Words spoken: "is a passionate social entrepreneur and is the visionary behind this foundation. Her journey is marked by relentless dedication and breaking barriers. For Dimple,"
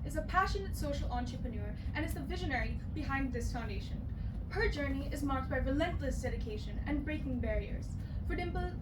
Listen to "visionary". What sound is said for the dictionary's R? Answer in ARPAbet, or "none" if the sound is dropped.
R